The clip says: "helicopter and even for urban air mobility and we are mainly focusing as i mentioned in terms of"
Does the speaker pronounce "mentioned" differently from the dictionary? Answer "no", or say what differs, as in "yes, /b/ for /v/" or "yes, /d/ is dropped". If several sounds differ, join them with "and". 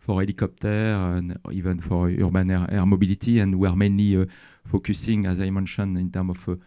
yes, /d/ is dropped